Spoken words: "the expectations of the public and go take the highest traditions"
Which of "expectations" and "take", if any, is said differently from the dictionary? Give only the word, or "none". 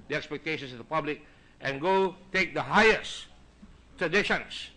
expectations